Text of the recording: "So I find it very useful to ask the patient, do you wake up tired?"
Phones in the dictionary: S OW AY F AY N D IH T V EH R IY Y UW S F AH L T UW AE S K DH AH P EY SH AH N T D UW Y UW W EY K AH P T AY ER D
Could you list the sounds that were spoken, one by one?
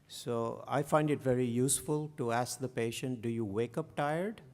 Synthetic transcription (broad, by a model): S OW AY F AY N D IH T V EH R IY Y UW S F AH L T UW AE S K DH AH P EY SH AH N T D UW Y UW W EY K AH P T AY ER D